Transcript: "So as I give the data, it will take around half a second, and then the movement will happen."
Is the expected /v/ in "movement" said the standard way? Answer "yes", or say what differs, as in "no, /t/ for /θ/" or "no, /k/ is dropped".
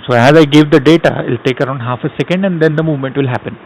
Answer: yes